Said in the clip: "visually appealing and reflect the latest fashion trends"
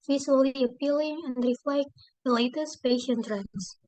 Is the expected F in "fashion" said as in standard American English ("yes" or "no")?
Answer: no